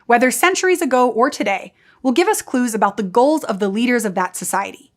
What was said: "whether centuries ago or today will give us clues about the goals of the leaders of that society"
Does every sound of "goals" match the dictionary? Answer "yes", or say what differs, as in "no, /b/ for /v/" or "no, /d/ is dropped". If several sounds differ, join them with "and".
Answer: yes